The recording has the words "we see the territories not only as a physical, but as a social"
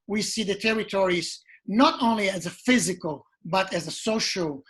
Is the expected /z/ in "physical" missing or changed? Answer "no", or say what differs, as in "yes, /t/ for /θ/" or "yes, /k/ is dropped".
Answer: no